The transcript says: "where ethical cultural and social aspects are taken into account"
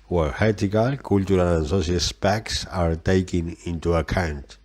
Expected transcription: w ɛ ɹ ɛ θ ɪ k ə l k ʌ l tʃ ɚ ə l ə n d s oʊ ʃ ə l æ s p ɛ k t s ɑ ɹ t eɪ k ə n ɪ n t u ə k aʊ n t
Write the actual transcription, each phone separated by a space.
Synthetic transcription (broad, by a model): w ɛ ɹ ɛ t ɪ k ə l k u l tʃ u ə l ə n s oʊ s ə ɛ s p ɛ k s ɑ ɹ t eɪ k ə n ɪ n t u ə k aʊ n t